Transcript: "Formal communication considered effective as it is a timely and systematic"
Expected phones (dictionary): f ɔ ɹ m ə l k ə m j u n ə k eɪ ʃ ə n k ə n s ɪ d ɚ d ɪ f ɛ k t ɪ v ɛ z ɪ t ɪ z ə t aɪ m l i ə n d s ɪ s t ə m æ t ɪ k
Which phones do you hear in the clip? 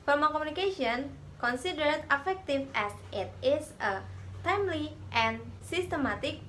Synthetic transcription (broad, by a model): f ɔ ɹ m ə k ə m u n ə k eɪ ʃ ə n k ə n s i d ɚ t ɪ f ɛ k t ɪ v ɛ s ɪ t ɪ s ə t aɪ m l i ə n s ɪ s t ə m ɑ t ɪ k